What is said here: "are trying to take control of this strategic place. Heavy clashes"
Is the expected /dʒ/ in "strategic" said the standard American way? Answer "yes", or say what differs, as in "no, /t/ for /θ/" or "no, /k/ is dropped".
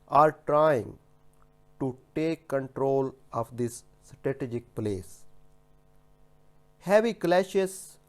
yes